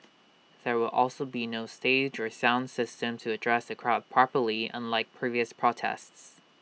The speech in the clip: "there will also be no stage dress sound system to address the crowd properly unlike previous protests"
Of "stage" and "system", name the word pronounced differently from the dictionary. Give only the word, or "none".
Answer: none